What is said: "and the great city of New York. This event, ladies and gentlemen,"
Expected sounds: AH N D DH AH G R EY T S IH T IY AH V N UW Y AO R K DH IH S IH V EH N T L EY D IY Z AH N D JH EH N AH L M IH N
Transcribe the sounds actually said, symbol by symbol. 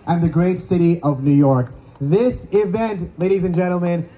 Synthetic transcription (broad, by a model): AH N DH AH G R EY T S IH T IY AH V N UW Y AO R K DH IH S IH V EH N T L EY D IY Z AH N JH EH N L M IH N